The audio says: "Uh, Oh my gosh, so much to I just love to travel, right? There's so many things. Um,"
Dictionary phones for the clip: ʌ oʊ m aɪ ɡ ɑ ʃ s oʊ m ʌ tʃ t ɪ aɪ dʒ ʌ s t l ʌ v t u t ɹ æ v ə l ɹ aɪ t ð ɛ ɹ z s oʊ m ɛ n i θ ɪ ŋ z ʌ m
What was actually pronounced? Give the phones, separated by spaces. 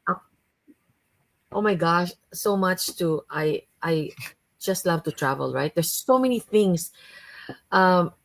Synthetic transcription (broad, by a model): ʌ oʊ m aɪ ɡ ɑ ʃ s oʊ m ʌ tʃ t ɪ aɪ dʒ ʌ s t l ʌ v t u t ɹ æ v ə l ɹ aɪ t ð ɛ ɹ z s oʊ m ɛ n i θ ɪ ŋ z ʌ m